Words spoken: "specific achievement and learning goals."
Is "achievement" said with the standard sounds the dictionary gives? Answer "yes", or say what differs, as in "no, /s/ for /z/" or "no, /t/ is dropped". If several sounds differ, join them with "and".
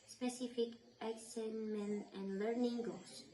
no, /s/ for /tʃ/